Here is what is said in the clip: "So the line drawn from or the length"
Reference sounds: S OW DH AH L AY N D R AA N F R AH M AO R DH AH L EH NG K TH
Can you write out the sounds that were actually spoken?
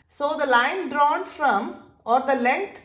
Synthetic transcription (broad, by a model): S OW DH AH L AY N D R AA N F R AH M AO R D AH L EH NG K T